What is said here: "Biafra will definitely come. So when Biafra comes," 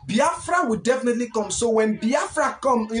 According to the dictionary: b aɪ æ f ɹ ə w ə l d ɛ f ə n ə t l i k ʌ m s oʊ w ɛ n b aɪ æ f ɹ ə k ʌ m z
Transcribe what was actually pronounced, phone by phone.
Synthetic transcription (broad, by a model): b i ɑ f ɹ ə w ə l d ɛ f ə n ə t l i k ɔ m s oʊ w ɛ n b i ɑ f ɹ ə k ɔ m